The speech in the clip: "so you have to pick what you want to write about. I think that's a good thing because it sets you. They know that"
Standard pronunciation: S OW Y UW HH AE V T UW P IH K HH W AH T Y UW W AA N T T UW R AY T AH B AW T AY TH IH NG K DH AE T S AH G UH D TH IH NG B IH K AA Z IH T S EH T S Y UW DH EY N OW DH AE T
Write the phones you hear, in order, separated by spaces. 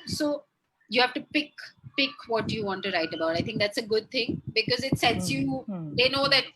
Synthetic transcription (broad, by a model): S OW Y UW HH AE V T UW P IH K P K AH T Y UW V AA N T T UW R AY T AH B AW T AY T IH NG K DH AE T S AH G UH D T IH NG B IH K AA Z IH T S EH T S Y UW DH EY N OW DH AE T